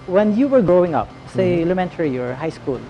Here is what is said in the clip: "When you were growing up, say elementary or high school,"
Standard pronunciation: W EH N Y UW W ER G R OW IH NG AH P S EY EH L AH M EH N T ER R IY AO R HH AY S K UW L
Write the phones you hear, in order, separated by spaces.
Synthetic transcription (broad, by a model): W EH N Y UW W ER G R OW IH NG AH P S EY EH L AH M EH N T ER R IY AO R HH AY S K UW L